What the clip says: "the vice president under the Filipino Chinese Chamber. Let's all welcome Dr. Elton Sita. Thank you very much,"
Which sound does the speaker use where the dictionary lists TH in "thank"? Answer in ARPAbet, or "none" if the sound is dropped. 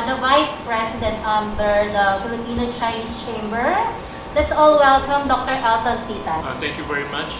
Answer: T